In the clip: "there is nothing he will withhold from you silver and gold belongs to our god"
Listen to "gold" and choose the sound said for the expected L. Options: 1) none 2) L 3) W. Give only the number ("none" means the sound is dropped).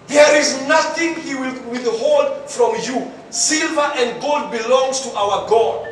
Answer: 2